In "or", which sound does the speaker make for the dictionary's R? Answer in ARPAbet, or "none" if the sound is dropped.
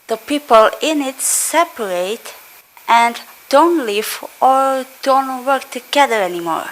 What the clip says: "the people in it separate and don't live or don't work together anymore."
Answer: R